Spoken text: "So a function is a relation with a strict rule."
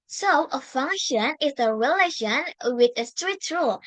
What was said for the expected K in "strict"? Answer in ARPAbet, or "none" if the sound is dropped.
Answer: none